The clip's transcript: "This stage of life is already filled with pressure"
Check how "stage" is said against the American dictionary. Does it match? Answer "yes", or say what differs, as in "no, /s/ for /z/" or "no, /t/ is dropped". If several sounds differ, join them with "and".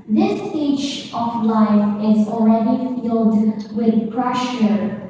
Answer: no, /tʃ/ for /dʒ/